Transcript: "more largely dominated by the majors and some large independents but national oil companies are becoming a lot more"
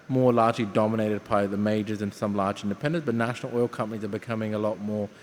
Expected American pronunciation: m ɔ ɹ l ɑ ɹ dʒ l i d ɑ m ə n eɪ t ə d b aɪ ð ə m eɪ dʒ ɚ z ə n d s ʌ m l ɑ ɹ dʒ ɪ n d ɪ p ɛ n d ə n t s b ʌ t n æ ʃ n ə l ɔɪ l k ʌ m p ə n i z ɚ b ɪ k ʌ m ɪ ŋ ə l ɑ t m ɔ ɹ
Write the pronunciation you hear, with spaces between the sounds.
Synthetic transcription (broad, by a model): m ɔ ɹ l ɑ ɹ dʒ l i d ɑ m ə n eɪ t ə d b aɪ ð ə m eɪ dʒ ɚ z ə n s ʌ m l ɑ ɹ dʒ ɪ n d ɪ p ɛ n d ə n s b ʌ t n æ ʃ n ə l ɔɪ l k ʌ m p ə n i z ɚ b ɪ k ʌ m ɪ ŋ ə l ɑ t m ɔ ɹ